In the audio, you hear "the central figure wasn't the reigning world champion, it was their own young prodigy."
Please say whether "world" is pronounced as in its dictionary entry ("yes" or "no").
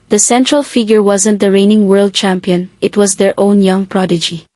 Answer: yes